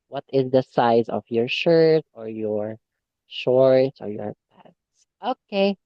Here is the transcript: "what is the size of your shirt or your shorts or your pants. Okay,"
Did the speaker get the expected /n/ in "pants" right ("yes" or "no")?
no